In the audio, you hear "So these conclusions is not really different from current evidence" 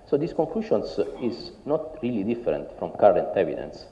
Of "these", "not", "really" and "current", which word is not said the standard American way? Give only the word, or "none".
these